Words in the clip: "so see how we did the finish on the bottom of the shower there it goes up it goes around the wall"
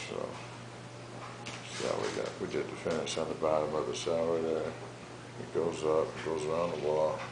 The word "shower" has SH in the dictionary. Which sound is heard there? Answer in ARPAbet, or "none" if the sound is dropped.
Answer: S